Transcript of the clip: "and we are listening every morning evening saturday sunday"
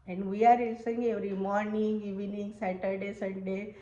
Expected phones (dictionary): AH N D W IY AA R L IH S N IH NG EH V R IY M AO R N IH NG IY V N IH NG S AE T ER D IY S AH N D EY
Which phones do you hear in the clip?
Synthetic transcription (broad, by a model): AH N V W IY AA R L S IH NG EH V R IY M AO R N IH NG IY V N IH NG S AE T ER D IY S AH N D EY